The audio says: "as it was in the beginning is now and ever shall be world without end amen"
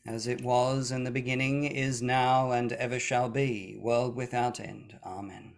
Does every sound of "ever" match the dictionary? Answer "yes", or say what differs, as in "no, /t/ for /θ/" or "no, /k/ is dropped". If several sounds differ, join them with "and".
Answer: yes